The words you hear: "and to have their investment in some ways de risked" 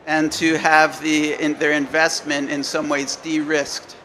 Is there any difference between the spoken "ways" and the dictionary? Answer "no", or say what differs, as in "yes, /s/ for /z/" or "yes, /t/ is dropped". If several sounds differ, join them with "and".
no